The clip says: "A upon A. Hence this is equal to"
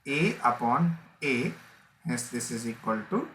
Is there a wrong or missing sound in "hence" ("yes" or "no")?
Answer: yes